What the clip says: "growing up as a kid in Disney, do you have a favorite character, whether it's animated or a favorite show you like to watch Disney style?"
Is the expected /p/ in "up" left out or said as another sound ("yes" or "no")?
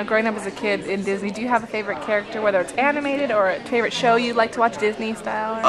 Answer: no